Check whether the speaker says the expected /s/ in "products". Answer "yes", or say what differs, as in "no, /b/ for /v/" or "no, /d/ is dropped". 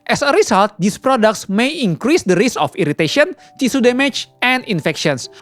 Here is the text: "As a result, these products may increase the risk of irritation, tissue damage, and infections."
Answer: yes